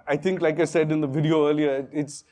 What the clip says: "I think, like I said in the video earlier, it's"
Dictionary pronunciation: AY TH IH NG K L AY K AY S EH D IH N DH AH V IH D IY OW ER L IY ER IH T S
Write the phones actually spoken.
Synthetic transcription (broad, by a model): AY T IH NG K L AY K AY S EH D IH N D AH V IH D IY OW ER L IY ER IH T S